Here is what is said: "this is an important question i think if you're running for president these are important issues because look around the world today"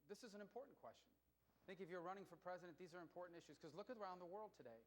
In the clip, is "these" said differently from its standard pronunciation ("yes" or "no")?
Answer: no